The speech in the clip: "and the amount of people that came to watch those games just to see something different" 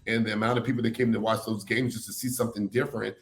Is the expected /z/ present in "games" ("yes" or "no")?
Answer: yes